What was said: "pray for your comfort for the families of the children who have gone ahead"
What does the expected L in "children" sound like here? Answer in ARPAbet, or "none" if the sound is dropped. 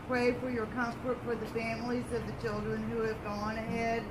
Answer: L